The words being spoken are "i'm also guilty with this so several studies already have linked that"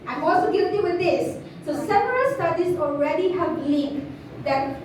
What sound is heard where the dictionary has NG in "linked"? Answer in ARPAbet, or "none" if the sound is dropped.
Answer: none